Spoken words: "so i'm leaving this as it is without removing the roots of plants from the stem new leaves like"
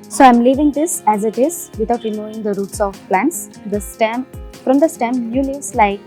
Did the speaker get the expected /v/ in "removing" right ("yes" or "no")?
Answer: no